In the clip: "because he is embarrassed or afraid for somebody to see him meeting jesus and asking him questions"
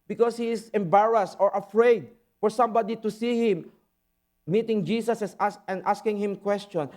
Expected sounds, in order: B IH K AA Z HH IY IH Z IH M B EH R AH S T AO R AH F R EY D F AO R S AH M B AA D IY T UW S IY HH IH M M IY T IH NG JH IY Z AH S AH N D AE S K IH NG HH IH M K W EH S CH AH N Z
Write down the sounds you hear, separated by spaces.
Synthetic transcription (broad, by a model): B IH K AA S HH IY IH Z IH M B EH R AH S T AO R AH F R EY D F AO R S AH M B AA D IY T UW S IY HH IH M M IY T IH NG JH IY S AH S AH N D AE S K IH NG HH IH M K W EH S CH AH N